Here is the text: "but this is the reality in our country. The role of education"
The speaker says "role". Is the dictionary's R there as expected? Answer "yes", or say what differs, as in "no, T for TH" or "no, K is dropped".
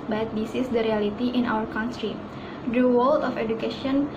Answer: no, W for R